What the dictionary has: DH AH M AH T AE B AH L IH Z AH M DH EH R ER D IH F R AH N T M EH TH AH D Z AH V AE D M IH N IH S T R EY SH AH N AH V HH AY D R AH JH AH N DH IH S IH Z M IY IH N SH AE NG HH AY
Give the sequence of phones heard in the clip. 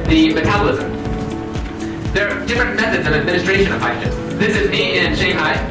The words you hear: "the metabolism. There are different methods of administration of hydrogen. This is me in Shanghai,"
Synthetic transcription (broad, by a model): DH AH M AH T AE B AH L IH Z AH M DH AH R D IH F R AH N M EH TH AH D Z AH V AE D M IH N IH S T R EY SH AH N AH V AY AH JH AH DH IH S IH Z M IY IH N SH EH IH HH AY